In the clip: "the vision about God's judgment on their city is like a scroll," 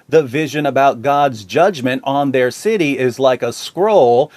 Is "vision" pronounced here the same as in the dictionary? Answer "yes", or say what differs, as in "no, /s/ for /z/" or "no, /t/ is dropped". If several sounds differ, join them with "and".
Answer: yes